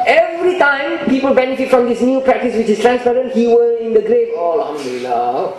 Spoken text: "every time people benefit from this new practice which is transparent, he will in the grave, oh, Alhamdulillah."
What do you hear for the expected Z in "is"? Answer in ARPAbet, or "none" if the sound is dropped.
S